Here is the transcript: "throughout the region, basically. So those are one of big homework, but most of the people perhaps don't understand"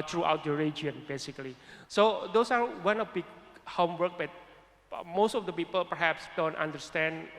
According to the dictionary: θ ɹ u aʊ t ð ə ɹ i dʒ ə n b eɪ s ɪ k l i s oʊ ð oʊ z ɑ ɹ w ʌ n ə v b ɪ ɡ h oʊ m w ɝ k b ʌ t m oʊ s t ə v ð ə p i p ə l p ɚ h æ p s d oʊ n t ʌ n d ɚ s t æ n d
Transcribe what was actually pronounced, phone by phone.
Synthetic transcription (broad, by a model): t ɹ u aʊ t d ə ɹ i dʒ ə n b eɪ s ɪ k l i s oʊ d oʊ s ɑ ɹ w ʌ n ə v b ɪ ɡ h oʊ m w ɝ k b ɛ t m oʊ s t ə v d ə p i p ə l p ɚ h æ p s d oʊ n t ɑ n d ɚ s t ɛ n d